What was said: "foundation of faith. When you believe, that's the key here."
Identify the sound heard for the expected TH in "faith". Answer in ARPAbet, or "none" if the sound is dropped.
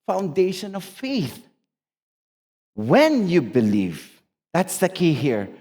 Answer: TH